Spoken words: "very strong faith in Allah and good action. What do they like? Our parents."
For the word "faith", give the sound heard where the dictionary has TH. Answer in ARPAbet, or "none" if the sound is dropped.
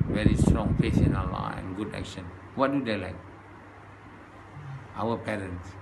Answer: S